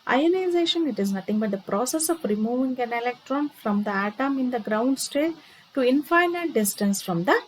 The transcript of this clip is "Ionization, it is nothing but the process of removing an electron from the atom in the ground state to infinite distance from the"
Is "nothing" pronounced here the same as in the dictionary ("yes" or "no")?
no